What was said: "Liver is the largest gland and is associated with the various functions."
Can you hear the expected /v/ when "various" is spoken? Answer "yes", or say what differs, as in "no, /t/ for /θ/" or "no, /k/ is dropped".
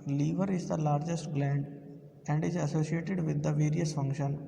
yes